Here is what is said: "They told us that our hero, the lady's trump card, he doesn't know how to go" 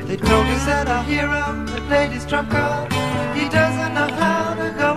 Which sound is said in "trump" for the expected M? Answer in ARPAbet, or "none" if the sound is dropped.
none